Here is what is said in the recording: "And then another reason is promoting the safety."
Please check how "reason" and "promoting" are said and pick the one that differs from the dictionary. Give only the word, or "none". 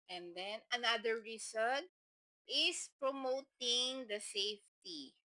reason